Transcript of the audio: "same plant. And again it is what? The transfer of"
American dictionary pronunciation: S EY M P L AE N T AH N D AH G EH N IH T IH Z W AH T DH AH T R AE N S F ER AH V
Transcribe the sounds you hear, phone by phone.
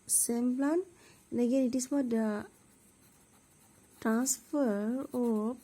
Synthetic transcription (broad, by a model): S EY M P L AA N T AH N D AH G EH N IH T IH S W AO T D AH T R AE N S F ER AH